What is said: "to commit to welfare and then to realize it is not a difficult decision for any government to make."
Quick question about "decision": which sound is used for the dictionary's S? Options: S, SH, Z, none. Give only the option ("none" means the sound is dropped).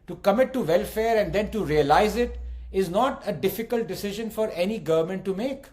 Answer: S